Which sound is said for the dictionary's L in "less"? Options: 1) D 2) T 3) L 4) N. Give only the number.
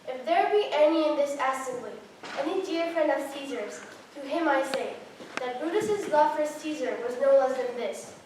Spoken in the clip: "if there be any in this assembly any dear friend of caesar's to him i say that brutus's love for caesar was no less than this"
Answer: 4